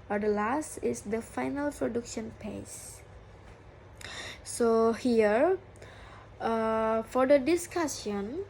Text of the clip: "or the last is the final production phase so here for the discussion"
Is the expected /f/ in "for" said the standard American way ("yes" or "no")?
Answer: yes